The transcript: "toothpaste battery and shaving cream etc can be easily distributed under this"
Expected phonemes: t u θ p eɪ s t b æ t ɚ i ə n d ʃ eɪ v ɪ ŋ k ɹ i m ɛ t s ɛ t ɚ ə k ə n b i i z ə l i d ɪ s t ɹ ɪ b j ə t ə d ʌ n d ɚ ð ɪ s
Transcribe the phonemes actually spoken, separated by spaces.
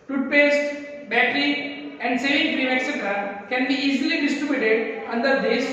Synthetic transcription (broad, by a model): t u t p eɪ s t b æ t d i ə n d s eɪ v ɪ ŋ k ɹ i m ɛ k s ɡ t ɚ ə k ə n b i i z ə l i d ɪ s t ɹ ɪ b j ə t ə d ʌ n d ɚ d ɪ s